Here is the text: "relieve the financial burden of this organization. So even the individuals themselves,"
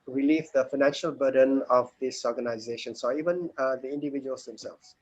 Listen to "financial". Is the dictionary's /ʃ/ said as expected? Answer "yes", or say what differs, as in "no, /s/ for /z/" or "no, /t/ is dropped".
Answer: yes